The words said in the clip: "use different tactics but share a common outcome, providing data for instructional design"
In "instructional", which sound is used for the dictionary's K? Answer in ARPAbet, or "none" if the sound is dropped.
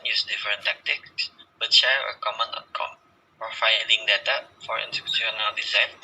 none